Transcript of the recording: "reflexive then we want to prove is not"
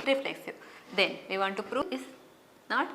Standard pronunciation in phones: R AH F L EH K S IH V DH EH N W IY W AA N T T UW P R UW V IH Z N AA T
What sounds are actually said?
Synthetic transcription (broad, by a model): R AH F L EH K S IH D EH N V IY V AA N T T UW P R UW IH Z N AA T